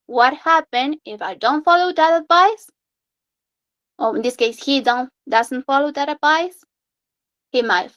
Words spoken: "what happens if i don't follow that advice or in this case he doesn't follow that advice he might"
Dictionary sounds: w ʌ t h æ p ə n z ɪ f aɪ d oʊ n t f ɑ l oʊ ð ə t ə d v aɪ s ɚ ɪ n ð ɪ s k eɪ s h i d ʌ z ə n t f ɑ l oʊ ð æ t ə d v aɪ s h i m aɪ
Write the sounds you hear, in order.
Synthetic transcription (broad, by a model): w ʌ t h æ p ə n ɪ f aɪ d oʊ n t f ɑ l oʊ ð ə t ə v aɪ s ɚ ɪ n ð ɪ s k eɪ s h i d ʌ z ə n t f ɑ l oʊ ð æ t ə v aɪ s h i m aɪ